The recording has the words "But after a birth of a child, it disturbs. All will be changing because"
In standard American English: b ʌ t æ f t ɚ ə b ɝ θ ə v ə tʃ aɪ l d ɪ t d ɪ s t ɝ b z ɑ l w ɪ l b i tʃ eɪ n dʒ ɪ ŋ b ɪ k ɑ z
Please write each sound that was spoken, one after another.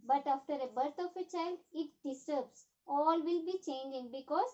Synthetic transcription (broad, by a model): b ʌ t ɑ f t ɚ ə b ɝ t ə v ə tʃ aɪ l d ɪ t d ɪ s t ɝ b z ɑ l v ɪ l b i tʃ eɪ n dʒ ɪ ŋ b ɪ k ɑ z